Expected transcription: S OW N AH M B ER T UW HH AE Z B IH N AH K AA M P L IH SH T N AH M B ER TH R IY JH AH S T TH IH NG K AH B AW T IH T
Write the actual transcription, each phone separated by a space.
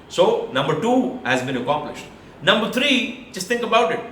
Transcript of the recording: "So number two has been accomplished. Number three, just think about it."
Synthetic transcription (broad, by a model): S OW N AH M B ER T UW HH AE Z B IH N AH K AA M P L IH SH T N AH M B ER T R IY JH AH S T T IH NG K AH B AW T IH T